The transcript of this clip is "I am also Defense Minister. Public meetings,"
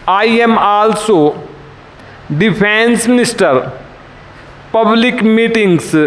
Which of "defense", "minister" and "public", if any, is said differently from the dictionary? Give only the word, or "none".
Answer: defense